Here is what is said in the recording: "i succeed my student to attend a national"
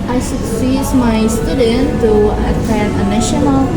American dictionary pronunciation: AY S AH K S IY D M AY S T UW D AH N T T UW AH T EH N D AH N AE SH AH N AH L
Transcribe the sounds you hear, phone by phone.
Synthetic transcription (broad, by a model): AY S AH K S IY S M AY S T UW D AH N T T UW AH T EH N AH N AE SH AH N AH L